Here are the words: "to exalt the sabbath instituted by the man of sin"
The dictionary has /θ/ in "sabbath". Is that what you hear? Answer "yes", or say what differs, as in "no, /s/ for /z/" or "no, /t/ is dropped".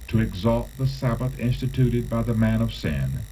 yes